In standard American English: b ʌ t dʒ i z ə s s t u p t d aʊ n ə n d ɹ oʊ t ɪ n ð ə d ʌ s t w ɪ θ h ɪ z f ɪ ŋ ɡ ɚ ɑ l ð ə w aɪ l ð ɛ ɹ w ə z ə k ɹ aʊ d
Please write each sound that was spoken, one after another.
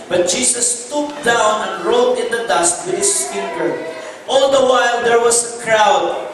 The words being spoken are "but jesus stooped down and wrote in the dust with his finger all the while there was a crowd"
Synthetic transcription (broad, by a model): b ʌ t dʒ i s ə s s t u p d aʊ n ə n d ɹ oʊ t ɪ n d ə d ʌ s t w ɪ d h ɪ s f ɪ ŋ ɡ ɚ ɑ l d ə w aɪ l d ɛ ɹ w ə s ə k ɹ aʊ d